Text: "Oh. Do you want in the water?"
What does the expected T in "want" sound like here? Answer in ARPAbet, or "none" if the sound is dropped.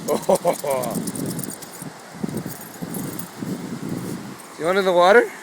none